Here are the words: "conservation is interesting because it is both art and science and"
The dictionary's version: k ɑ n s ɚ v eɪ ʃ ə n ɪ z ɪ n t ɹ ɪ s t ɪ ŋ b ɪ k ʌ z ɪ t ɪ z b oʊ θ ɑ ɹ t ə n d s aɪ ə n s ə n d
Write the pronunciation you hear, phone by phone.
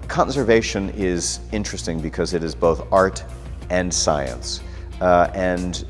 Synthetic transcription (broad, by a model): k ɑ n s ɚ v eɪ ʃ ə n ɪ z ɪ n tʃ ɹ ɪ s t ɪ ŋ b ɪ k ʌ z ɪ t ɪ z b oʊ θ ɑ ɹ t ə n s aɪ ə n s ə n